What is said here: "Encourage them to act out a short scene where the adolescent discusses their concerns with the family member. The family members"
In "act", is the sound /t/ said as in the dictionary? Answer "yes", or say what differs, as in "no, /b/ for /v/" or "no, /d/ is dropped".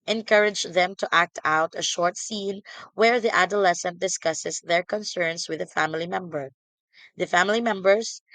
yes